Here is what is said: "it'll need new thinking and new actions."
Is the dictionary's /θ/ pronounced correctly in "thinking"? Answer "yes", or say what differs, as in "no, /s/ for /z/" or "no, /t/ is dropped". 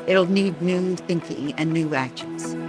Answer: yes